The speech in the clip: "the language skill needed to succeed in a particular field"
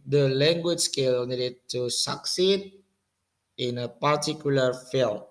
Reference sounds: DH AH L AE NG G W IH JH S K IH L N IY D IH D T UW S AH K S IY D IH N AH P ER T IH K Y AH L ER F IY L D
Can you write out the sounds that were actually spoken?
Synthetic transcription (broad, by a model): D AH L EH NG G W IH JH S K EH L N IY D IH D T UW S AH K S IY D IH N AH P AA T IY K Y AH L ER F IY L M